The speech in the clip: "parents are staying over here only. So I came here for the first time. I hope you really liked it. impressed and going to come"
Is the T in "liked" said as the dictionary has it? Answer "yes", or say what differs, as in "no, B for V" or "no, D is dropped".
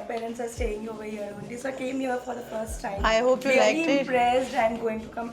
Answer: no, T is dropped